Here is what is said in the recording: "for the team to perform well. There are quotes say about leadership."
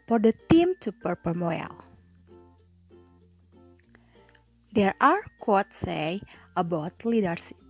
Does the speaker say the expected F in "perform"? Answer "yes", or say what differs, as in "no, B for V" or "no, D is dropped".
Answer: no, P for F